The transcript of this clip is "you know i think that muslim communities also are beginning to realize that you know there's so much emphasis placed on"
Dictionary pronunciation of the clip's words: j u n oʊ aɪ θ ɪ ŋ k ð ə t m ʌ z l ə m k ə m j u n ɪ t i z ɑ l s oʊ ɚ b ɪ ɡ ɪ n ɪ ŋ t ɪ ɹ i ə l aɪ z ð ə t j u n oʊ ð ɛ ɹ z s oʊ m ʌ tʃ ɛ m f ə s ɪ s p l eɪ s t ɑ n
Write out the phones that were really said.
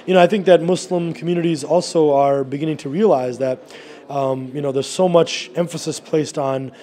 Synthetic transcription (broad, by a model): j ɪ n oʊ aɪ θ ɪ ŋ k ð ə t m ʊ s l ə m k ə m j u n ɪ t i z ɑ l s oʊ ɚ b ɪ ɡ ɪ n ɪ ŋ t ɪ ɹ i ə l aɪ z ð ə t j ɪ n oʊ ð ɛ ɹ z s oʊ m ʌ tʃ ɛ m f ə s ɪ s p l eɪ s t n